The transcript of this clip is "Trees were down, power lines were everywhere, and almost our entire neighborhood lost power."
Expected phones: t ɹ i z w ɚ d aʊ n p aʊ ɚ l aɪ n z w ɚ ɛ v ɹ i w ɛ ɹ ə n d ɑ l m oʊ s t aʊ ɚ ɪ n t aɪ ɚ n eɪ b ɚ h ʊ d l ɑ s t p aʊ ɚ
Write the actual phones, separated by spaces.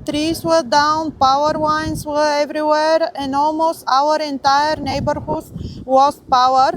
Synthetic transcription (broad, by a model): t ɹ i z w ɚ d aʊ n p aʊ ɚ w aɪ n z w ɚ ɛ v ɹ i w ɛ ɹ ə n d ɑ l m oʊ s t aʊ ɚ ɪ n t aɪ ɚ n eɪ b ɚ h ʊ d w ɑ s p aʊ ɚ